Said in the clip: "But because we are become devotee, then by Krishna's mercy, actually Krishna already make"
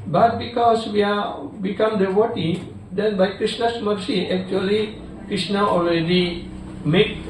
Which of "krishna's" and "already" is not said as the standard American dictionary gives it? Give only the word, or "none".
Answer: krishna's